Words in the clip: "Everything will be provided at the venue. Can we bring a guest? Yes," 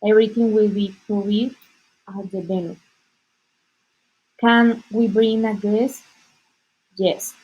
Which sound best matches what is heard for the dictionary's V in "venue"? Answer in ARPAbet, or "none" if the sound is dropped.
B